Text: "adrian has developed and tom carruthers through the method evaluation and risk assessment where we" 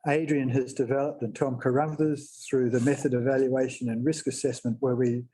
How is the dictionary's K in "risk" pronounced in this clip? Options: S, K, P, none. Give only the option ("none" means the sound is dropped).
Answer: K